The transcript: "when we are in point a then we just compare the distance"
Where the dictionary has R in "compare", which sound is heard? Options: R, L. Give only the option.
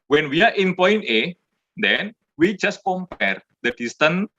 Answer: R